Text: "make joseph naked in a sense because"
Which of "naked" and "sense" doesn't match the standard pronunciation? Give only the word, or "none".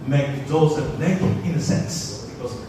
naked